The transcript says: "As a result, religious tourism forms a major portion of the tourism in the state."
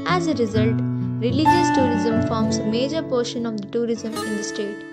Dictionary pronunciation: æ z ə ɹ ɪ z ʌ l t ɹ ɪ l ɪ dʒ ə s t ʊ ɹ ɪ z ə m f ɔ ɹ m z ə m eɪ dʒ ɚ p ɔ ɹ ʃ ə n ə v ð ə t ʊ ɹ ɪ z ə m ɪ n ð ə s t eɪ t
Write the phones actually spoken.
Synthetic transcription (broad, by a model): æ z ə ɹ ɪ z ʌ l t ɹ ɪ l ɪ dʒ ə s t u ɹ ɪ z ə m f ɔ ɹ m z ə m eɪ dʒ ɚ p ɔ ɹ ʃ ə n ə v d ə t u ɹ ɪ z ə m ɪ n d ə s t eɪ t